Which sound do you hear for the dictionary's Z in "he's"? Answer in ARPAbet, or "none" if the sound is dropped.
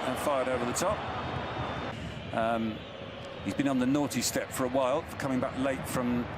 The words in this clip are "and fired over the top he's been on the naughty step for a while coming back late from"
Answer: Z